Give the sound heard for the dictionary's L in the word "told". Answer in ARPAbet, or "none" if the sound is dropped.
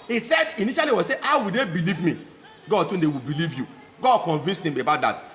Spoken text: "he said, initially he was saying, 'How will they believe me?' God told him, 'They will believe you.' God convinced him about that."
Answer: N